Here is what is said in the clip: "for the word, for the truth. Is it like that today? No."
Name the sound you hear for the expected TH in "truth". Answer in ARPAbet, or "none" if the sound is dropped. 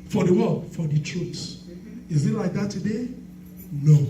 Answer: S